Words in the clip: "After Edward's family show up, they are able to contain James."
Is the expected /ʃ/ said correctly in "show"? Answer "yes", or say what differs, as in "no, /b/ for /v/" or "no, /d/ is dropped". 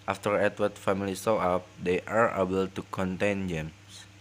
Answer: no, /s/ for /ʃ/